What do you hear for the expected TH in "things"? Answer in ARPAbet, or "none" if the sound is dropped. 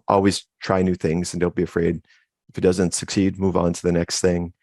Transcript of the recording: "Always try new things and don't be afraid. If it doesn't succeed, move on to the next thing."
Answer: TH